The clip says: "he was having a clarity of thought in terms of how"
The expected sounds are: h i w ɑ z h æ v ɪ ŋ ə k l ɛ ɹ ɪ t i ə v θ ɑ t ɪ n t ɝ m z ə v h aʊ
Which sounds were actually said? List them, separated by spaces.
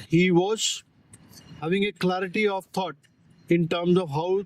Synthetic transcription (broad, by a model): h i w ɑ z h æ v ɪ ŋ ə k l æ ɹ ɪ t i ə v t ɑ t ɪ n t ɝ m z ə v h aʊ